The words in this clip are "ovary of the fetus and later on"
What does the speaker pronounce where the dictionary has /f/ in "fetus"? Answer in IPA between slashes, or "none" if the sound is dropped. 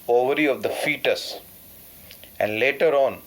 /f/